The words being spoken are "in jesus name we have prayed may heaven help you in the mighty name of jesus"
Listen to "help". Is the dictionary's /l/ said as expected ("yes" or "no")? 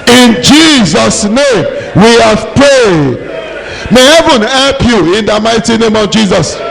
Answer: yes